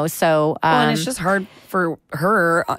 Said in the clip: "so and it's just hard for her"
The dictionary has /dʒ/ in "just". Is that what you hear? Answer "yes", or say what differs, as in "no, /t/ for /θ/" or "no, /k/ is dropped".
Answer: no, /ʒ/ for /dʒ/